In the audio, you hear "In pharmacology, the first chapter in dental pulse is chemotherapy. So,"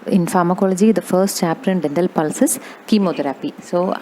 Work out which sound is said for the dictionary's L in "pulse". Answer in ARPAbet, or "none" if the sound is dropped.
L